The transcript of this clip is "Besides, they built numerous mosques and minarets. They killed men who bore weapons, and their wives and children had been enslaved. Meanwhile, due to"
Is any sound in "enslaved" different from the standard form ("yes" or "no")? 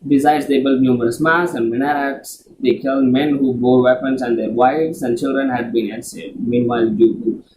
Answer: yes